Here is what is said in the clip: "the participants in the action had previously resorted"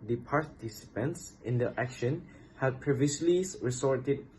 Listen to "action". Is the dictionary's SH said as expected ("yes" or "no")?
yes